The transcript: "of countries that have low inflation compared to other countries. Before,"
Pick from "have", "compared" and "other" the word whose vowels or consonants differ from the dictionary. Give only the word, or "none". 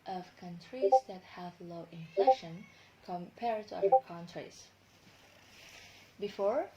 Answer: other